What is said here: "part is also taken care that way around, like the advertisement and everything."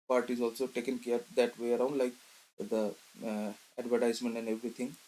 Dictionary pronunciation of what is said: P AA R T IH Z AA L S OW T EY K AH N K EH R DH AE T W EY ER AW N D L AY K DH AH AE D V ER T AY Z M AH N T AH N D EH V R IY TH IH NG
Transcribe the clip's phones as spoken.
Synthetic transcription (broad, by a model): P AA R T IH Z AA L S OW T EY K AH N K EH R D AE T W EY ER AW N D L AY K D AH AE D V ER T AY Z M AH N T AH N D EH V R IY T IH NG